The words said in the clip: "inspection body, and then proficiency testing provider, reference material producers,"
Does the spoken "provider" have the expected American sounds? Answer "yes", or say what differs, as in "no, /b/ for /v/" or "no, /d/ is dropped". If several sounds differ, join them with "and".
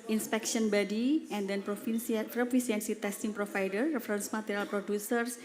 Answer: no, /f/ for /v/